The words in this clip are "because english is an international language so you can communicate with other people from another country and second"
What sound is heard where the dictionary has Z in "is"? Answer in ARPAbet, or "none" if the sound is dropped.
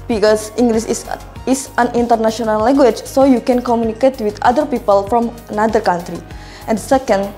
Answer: S